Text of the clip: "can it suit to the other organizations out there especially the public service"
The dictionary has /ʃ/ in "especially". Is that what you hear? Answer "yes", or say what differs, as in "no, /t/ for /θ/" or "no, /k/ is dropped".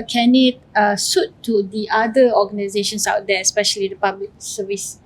yes